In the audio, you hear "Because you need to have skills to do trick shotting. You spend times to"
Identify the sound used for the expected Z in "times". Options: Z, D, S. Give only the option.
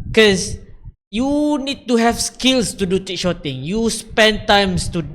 S